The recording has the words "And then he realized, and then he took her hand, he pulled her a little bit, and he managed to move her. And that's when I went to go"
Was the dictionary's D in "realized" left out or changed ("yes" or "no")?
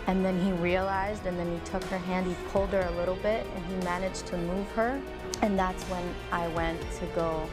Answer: no